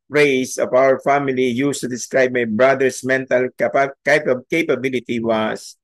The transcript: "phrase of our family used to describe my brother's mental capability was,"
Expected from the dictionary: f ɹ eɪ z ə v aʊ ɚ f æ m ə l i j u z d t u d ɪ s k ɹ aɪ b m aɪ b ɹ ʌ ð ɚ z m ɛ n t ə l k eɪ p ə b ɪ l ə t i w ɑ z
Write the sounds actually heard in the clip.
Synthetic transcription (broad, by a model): ɹ eɪ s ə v aʊ ɚ f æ m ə l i j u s t u d ɪ s k ɹ aɪ b m aɪ b ɹ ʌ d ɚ s m ɛ n t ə l k eɪ p ə b ɪ l ə t i w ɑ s